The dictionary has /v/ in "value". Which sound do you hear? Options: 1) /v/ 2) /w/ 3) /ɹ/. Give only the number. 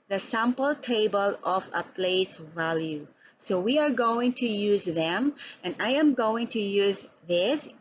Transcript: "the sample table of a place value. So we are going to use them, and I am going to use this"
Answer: 1